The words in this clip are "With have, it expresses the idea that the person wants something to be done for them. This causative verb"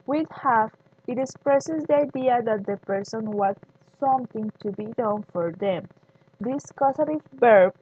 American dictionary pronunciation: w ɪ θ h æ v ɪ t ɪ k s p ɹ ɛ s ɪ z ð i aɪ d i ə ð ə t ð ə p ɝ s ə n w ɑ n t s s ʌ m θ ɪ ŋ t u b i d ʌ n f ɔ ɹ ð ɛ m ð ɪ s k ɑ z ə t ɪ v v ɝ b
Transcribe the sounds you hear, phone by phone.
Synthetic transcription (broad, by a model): w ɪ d h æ f ɪ t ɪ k s p ɹ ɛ s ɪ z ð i aɪ d i ə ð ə t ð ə p ɝ s ə n w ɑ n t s s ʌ m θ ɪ ŋ t u b i d ʌ n f ɔ ɹ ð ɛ m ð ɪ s k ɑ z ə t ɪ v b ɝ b